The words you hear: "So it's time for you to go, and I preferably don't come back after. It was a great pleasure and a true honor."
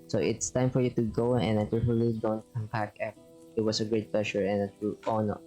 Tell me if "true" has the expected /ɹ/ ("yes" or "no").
no